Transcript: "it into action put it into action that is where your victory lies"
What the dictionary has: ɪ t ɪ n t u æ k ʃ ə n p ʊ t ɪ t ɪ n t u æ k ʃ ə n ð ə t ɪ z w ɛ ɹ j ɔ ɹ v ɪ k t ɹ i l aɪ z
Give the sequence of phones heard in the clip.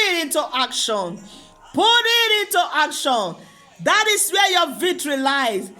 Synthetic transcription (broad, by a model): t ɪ n t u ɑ k ʃ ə n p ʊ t ɪ t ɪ n t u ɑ k ʃ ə n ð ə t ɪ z w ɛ j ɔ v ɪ t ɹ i l aɪ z